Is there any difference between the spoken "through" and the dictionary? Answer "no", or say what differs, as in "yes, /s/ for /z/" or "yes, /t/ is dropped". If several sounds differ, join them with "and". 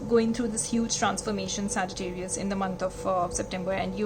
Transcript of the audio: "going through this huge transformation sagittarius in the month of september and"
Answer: yes, /t/ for /θ/